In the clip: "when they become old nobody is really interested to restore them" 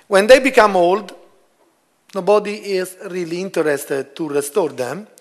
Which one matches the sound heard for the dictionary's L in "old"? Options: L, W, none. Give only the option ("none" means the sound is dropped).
L